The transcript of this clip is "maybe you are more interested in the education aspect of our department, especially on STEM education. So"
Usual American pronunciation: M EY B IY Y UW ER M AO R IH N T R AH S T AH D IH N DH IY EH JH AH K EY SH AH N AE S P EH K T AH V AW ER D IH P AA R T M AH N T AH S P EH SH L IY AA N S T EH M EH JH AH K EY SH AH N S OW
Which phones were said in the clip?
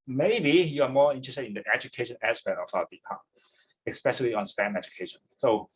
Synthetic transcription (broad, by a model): M EY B IY Y UW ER M AO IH N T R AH S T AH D IH N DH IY EH JH AH K EY SH AH N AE S P EH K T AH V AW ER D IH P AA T AH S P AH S IY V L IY AA N S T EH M EH JH AH K EY SH AH N S OW